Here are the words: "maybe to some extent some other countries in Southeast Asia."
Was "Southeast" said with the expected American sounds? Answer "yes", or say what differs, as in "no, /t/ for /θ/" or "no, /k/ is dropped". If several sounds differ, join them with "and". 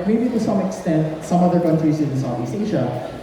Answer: no, /t/ is dropped